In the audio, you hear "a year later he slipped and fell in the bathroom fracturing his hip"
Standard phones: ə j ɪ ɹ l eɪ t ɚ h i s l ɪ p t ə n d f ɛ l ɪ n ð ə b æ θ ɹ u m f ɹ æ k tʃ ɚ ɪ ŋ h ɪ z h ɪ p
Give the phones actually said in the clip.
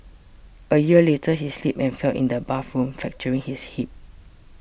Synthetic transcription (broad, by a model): ə j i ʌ l eɪ t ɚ h i s l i p ə n f ɛ l ɪ n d ə b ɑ f ɹ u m f ɛ k tʃ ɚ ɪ ŋ h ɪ s h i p